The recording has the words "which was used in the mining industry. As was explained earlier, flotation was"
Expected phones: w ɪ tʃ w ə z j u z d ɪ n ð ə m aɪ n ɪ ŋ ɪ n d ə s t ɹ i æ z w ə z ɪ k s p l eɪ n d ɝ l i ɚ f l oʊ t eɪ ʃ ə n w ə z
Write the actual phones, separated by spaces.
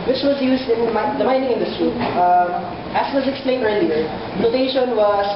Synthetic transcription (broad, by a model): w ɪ tʃ w ə z j u z d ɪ n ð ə m aɪ n ɪ ŋ ɪ n d ə s t ɹ i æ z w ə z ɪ k s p l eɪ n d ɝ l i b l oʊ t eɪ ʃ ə n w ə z